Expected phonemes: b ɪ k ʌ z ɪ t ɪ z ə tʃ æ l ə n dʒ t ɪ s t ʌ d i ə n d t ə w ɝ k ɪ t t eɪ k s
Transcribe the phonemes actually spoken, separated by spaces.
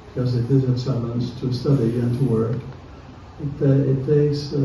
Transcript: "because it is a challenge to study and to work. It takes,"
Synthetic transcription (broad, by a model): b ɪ k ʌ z ɪ t ɪ z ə s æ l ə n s t ɪ s t ʌ d i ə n t ə w ɝ k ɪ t t eɪ k s